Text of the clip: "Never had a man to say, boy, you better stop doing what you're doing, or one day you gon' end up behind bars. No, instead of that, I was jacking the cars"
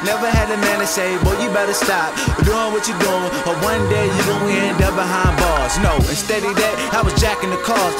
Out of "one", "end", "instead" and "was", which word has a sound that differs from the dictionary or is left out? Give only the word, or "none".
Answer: none